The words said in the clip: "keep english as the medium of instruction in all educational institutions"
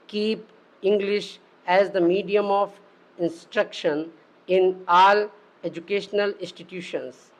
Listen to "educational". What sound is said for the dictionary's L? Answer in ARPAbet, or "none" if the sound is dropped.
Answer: L